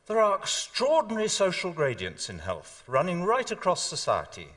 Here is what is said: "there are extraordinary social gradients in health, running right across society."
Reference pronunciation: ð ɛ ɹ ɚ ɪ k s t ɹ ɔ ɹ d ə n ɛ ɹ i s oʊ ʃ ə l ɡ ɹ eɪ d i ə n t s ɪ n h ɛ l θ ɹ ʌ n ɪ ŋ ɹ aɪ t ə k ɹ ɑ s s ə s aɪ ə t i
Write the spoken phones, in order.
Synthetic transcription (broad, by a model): ð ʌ ɹ ɚ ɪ k s t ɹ ɔ ɹ d n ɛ ɹ i s oʊ ʃ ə l ɡ ɹ eɪ d i ə n t s ɪ n h ɛ l θ ɹ ʌ n ɪ ŋ ɹ aɪ t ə k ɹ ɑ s s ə s aɪ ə t i